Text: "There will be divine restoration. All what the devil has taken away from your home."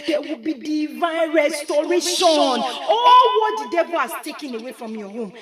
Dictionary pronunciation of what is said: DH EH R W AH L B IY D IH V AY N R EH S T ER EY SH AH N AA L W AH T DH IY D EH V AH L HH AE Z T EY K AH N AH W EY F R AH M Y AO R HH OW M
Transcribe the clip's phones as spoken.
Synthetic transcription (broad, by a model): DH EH W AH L B IY D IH V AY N R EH S T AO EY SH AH N AA L W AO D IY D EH B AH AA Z T EY K AH N AH W EY F R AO M Y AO HH OW M